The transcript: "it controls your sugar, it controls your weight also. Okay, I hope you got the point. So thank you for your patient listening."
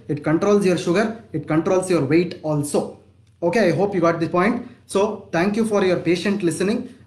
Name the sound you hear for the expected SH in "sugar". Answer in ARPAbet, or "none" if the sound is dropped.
SH